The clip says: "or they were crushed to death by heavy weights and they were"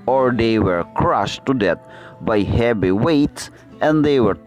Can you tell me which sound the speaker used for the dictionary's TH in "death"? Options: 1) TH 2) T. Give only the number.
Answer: 2